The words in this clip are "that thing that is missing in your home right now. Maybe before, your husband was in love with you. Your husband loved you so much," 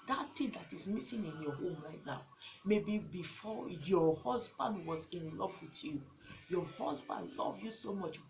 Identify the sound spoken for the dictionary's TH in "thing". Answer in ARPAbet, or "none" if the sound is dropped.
T